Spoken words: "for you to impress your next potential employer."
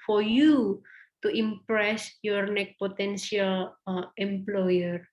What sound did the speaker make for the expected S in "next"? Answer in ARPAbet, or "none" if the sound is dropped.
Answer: none